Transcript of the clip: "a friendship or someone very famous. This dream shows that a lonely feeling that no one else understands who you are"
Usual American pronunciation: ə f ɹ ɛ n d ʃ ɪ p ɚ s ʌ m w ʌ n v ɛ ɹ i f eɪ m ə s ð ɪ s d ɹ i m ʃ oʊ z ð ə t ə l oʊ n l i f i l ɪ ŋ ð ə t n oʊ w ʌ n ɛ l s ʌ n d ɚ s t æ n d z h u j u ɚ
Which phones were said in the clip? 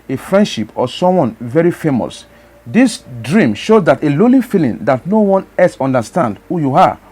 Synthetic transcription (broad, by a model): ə f ɹ ɛ n d ʃ ɪ p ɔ s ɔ m w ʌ n v ɛ ɹ i f eɪ m ə s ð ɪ s d ɹ i m ʃ oʊ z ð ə t ə l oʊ l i f i l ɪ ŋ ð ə t n oʊ w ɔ n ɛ s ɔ n d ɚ s t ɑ n d h u j u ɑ